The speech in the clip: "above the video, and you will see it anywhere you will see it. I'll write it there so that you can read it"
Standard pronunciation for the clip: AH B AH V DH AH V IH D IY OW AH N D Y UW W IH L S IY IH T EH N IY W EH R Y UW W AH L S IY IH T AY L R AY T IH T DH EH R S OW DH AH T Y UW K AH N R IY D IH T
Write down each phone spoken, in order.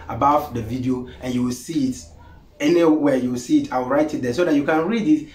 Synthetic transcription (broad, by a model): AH B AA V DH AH V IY D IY OW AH N Y UW W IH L S IY IH T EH N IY W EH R Y UW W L S IY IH T AY W R AY T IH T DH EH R S OW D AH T Y UW K AH N R IY D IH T